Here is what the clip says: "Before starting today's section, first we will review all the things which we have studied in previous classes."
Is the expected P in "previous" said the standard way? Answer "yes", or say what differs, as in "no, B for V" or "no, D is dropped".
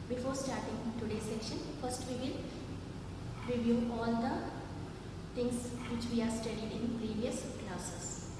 yes